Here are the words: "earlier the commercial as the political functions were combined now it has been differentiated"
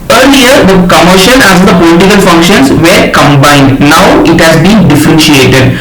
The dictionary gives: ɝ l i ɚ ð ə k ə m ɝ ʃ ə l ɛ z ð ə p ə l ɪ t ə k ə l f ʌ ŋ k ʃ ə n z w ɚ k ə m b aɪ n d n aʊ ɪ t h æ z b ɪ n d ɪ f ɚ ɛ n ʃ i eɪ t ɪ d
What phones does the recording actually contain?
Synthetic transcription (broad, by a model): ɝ l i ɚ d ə k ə m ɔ ʃ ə n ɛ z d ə p ə l ɪ t ə k ə l f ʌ ŋ k ʃ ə n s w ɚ k ə m b aɪ n d n aʊ ɪ t h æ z b ɪ n d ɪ f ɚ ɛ n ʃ i eɪ t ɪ d